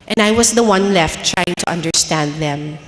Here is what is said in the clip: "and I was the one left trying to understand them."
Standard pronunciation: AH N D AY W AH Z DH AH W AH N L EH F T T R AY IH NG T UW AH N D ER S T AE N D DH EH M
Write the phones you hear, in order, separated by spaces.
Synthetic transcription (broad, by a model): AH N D AY W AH S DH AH W AH N L EH F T T R AY IH NG T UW AH N D ER S T AE N D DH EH M